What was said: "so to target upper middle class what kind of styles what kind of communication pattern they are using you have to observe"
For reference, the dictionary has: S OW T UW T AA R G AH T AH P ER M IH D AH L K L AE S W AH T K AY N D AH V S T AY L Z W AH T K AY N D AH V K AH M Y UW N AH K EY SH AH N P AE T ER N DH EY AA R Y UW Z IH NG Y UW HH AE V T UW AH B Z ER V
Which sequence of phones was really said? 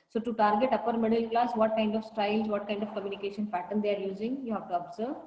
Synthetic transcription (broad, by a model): S OW T UW T AA R G AH T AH P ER M IH D AH L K L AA S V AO T K AY N D AH V S T AY L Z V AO T K AY N D AH V K AH M Y UW N AH K EY SH AH N F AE T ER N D EY AA R Y UW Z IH NG Y UW HH AE V T UW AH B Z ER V